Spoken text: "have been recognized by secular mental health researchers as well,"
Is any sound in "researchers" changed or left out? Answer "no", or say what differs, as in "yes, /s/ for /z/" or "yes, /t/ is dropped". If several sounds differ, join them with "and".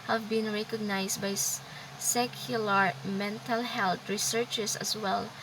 yes, /s/ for /z/